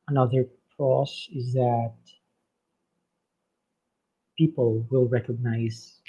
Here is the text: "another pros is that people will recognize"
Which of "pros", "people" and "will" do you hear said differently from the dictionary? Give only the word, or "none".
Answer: pros